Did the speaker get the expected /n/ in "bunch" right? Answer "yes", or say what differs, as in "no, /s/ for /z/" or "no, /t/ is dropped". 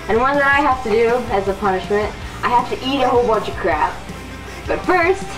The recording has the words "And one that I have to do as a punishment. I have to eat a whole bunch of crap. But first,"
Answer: no, /n/ is dropped